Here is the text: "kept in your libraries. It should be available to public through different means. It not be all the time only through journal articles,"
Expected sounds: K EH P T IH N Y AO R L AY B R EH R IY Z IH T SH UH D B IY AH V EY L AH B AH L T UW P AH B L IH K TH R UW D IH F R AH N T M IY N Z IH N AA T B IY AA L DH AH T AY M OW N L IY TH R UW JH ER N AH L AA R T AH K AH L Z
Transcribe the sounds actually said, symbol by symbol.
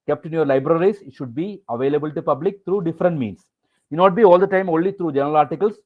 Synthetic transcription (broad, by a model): K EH P T IH N Y AO R L AY B R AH R IY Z IH T SH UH D B IY AH V EY L AH B AH L T UW P AH B L IH K T R UW D IH F R AH N T M IY N S IH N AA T B IY AA L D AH T AY M OW N L IY T R UW JH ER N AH L AA R T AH K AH L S